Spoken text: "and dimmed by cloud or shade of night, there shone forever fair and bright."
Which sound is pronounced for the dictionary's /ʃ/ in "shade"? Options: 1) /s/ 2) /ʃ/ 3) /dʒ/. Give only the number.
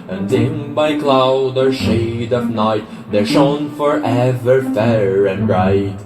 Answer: 2